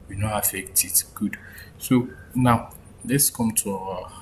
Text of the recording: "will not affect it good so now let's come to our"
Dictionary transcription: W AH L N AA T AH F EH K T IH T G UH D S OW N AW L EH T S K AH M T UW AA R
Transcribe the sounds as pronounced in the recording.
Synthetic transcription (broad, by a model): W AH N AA AH F EH K T IH T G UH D S OW N AW L EH T S K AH M T UW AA